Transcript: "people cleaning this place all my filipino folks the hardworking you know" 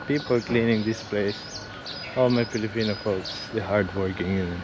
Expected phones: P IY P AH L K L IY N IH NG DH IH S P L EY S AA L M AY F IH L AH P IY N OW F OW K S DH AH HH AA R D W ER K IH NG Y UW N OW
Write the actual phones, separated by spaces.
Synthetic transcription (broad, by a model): P IY P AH L K L IY N IH NG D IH S P L EY S AA L M AY F IH L AH P IY N OW F OW K S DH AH HH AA R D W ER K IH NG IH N